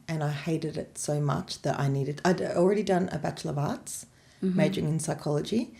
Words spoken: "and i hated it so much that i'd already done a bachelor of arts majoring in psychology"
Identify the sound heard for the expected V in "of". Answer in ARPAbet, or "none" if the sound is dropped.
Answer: V